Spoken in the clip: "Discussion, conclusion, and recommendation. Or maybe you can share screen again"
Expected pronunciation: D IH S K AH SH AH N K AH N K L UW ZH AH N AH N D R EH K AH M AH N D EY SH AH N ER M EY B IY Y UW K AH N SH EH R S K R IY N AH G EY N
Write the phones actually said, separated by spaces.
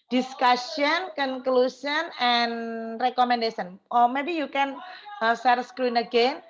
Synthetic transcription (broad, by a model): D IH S K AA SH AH N K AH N K L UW S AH N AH N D R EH K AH M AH N D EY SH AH N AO M EY B IY Y UW K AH N S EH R S K R IY N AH G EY N